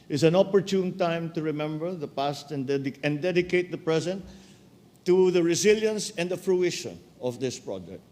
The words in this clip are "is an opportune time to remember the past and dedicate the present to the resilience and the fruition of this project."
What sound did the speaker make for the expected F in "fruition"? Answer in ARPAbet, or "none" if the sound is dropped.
F